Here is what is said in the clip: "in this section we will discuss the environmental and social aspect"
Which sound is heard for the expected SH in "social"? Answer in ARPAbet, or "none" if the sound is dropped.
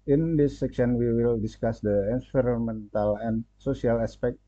S